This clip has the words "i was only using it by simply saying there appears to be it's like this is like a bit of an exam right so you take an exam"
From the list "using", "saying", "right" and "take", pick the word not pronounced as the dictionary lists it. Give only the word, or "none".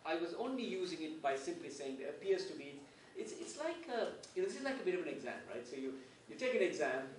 none